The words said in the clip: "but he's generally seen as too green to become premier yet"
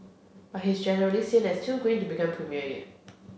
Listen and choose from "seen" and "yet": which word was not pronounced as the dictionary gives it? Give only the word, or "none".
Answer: yet